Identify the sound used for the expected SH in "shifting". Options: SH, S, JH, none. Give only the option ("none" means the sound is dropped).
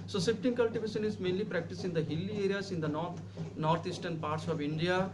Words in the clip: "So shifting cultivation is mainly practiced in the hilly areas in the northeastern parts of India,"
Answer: S